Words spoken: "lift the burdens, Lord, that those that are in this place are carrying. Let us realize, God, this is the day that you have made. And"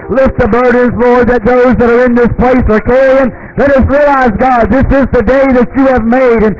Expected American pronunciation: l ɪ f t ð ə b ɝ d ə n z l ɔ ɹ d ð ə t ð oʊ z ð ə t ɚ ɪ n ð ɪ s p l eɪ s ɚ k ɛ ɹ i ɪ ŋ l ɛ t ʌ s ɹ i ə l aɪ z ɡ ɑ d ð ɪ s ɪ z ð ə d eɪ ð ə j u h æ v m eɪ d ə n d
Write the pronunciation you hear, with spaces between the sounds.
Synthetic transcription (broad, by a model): l ɪ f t ð ə b ɝ d n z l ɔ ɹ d ð ə t ð oʊ z ð ə t ɚ ɪ n ð ɪ s p l eɪ s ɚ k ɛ i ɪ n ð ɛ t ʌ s ɹ i ə l aɪ z ɡ ɑ d ð ɪ s ɪ z ð ə d eɪ ð ə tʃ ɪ v m eɪ d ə n